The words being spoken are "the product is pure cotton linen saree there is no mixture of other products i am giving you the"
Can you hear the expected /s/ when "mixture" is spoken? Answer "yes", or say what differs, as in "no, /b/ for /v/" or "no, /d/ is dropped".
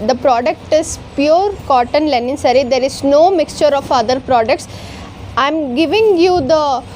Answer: yes